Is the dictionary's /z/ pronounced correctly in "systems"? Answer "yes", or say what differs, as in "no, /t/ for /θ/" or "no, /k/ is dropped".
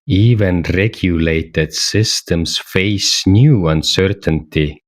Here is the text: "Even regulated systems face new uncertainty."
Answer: no, /s/ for /z/